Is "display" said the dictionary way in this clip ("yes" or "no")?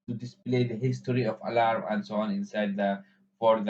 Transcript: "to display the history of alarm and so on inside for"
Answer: yes